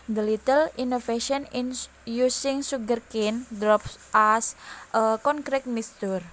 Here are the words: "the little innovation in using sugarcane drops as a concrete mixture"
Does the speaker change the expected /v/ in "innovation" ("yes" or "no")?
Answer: yes